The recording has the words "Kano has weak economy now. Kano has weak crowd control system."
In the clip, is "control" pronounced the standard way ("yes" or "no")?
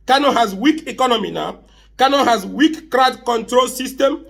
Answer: yes